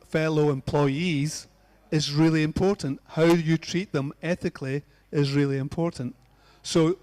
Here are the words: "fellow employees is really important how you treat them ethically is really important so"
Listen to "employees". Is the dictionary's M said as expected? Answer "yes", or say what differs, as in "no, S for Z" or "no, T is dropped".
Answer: yes